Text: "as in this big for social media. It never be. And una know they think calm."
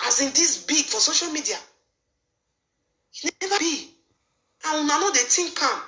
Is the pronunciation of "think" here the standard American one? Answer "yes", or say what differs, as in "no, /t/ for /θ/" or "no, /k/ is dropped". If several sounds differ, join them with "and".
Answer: no, /t/ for /θ/